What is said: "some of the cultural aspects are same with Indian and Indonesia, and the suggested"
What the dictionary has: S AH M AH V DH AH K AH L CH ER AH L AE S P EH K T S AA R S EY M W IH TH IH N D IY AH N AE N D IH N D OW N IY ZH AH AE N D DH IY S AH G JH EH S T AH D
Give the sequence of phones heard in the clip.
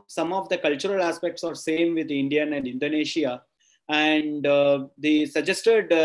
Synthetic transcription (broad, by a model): S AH M AH V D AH K AH L CH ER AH L AE S P EH K T S AA R S EY M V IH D IH N D IY AH N AE N D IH N D OW N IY SH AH AE N D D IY S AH JH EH S T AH D